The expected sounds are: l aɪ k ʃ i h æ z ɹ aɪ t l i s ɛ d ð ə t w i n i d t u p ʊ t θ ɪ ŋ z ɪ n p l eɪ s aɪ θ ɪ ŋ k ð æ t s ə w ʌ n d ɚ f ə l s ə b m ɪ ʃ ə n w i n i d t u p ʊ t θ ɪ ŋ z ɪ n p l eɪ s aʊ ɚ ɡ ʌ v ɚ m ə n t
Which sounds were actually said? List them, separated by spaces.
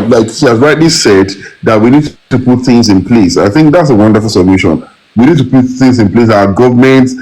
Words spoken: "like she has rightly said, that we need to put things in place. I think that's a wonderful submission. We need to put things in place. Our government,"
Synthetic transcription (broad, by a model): l aɪ k ʃ i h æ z ɹ aɪ t l i s ɛ d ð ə t w i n i d t u p ʊ t θ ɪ ŋ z ɪ n p l eɪ s aɪ θ ɪ ŋ k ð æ t s ə w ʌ n d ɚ f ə l s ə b m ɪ ʃ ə n w i n i d t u p ʊ t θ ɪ ŋ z ɪ n p l eɪ s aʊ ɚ ɡ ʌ v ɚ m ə n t